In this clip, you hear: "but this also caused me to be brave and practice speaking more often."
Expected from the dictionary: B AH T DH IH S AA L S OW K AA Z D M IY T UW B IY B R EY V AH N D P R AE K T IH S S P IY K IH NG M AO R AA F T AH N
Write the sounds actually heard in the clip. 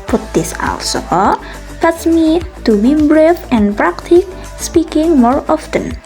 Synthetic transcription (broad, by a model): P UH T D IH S AA L S OW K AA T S M IY T UW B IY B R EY F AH N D P R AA K T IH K S P IY K IH NG M AO R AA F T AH N